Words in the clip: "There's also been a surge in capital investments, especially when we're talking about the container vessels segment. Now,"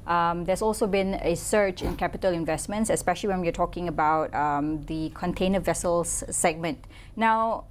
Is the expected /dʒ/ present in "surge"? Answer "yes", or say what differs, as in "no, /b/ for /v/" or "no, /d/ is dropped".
no, /tʃ/ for /dʒ/